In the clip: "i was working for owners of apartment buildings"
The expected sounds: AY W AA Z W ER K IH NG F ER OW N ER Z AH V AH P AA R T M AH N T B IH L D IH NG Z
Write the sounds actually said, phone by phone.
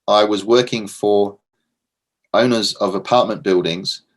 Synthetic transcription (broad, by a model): AY W AA Z W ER K IH NG F ER OW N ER Z AH V AH P AA T M AH N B IH L D IH NG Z